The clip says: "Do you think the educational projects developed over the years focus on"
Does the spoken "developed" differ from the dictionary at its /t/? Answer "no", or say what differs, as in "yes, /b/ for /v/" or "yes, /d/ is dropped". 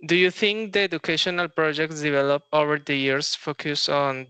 yes, /t/ is dropped